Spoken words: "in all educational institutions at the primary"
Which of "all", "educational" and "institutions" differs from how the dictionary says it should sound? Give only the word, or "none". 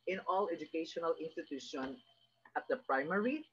institutions